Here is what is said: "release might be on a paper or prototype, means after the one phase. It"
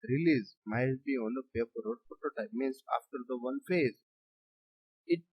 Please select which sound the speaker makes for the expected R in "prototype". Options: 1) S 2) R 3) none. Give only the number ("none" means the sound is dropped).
3